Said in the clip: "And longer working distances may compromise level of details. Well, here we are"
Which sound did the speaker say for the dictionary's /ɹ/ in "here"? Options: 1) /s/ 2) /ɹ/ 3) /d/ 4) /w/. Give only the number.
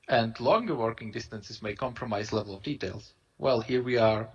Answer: 2